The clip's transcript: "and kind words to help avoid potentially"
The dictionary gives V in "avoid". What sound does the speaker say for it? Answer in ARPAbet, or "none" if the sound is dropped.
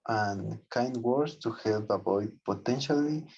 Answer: B